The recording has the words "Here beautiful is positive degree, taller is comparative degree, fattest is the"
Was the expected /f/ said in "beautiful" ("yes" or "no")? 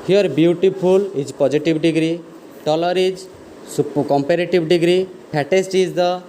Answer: no